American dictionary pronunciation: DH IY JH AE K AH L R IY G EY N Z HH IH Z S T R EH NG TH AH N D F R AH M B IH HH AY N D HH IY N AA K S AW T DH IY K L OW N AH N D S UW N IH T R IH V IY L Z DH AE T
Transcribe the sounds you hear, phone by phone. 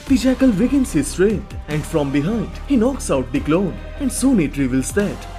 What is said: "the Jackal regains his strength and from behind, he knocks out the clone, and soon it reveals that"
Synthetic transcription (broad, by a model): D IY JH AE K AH L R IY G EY N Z HH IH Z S T R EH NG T AH N D F R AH M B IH HH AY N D HH IY N AA K S AW T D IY K L OW N AH N D S UW N IH T R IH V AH L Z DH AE T